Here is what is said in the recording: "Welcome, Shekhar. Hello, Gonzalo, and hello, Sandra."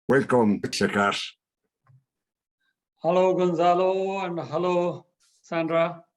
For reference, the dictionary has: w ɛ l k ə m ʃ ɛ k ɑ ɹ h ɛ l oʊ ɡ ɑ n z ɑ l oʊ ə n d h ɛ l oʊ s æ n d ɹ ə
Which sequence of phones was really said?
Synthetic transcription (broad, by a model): w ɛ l k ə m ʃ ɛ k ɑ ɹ h ɛ l oʊ ɡ ɑ n z ɑ l oʊ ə n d h ɛ l oʊ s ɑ n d ɹ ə